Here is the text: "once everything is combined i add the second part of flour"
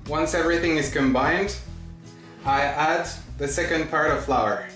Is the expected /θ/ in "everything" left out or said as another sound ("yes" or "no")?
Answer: no